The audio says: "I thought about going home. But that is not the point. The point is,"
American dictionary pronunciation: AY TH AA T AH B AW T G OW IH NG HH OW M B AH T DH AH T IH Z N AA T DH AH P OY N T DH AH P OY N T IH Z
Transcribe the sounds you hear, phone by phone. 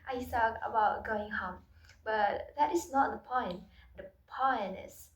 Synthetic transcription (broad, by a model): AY S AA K AH B AW T G OW IH NG HH OW M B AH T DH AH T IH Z N AA T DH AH P OY N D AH P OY N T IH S